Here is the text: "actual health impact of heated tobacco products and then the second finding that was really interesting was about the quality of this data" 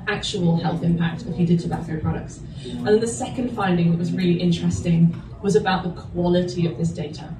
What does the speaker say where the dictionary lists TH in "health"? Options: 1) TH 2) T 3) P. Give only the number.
1